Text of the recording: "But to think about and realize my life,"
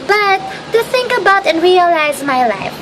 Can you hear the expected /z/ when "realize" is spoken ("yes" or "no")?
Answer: yes